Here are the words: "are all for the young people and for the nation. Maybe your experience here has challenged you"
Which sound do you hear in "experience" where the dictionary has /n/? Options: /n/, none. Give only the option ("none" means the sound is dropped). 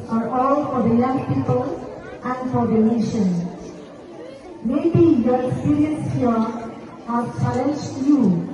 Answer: none